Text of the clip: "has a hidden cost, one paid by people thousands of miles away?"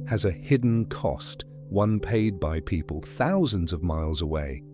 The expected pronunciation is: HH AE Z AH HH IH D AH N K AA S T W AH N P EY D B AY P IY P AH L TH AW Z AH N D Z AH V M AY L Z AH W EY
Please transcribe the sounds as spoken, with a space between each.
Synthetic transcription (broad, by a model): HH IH Z AH HH IH D N K AA S T W AH N P EY D B AY P IY P AH L TH AW Z AH N D Z AH V M AY L Z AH W EY